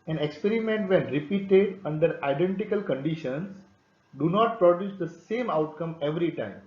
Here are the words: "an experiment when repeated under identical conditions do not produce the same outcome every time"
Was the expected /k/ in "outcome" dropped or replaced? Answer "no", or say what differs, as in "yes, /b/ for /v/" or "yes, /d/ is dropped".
no